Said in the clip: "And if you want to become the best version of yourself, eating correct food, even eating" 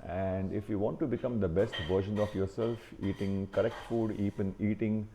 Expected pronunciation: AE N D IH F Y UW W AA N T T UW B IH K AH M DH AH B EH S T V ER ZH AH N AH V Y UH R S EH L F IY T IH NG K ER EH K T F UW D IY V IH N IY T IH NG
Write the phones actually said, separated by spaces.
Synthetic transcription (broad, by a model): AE N D IH F Y UW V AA N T T UW B IH K AH M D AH B EH S T V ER SH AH N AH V Y UH R S EH L F IY T IH NG K ER EH K T F UW D IY P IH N IY T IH NG